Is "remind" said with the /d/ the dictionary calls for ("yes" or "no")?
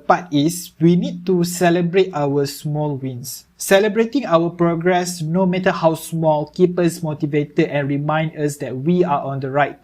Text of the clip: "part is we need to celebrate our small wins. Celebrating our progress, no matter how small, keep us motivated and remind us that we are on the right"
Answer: yes